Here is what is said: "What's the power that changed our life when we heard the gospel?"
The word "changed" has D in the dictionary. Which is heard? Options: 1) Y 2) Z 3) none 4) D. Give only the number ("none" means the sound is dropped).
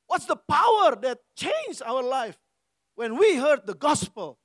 3